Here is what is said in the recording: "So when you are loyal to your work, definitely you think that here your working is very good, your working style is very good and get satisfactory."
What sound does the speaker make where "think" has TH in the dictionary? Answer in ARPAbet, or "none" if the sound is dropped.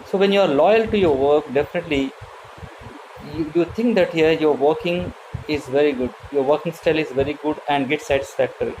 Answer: T